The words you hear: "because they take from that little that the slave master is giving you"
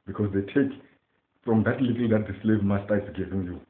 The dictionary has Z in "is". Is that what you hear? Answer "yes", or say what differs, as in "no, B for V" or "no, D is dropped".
no, S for Z